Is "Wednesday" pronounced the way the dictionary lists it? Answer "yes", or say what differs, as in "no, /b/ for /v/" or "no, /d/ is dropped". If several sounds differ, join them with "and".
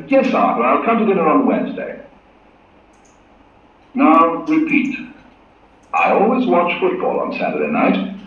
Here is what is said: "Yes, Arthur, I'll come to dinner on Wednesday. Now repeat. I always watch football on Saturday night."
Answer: yes